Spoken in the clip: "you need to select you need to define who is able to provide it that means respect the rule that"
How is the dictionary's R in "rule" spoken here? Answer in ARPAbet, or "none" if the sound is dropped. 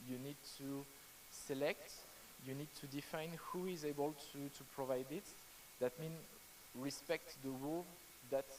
W